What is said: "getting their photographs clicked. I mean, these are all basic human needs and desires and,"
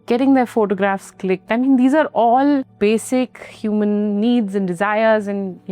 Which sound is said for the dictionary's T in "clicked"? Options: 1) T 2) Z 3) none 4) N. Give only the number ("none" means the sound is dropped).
1